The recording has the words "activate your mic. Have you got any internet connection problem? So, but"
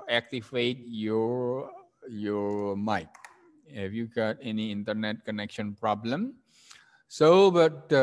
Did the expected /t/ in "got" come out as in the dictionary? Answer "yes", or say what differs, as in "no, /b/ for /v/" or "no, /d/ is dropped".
yes